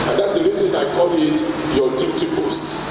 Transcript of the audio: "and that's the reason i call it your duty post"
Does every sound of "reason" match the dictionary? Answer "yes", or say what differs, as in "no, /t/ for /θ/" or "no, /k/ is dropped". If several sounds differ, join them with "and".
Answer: no, /l/ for /ɹ/